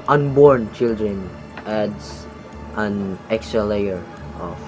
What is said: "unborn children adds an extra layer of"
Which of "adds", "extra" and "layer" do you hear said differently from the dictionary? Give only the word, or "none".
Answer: adds